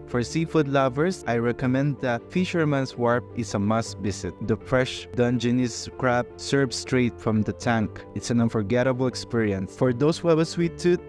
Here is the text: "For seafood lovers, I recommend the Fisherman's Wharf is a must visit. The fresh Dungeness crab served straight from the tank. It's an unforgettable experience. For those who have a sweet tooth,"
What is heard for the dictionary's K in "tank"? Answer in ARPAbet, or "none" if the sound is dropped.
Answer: K